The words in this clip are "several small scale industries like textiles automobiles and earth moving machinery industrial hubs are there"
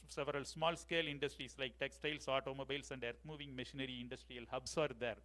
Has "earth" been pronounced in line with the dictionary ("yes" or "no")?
no